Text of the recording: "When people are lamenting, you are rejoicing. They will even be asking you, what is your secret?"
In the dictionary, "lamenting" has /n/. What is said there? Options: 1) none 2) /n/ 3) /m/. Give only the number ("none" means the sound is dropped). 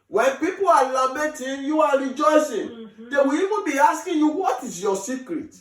1